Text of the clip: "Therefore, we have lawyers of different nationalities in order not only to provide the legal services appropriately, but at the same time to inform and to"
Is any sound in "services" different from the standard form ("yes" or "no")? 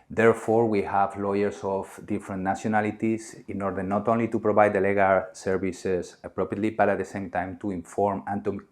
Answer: yes